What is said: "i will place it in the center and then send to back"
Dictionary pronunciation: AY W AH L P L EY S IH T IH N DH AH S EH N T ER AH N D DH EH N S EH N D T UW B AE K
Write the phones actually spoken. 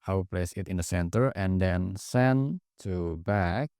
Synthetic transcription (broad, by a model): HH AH W P L EY S IH T IH N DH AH S EH N T ER AH N D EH N S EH N T UW B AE K